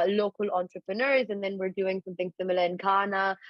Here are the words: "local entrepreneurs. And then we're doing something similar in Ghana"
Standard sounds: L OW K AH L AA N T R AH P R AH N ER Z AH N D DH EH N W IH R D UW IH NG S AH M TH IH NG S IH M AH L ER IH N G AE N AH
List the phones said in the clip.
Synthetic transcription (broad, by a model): L OW K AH L AA N T R AH P R AH N ER Z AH N DH EH N W IH R D UW IH NG S AH M TH IH NG S IH M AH L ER IH N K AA N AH